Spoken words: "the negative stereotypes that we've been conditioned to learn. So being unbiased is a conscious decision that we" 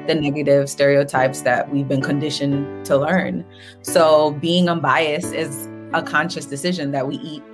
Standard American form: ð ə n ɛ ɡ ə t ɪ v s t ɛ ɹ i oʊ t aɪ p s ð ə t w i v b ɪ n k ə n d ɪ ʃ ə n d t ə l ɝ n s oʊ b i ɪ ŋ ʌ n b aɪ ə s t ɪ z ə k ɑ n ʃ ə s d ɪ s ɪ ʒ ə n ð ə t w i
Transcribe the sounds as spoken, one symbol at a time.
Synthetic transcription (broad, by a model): ð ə n ɛ ɡ ə t ɪ v s t ɛ ɹ i oʊ t aɪ p s ð ə t w i v b ɪ n k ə n d ɪ ʃ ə n t ə l ɝ n s oʊ b i ɪ ŋ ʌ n b aɪ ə s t ɪ z ə k ɑ n ʃ ə s d ɪ s ɪ ʒ ə n ð ə t w i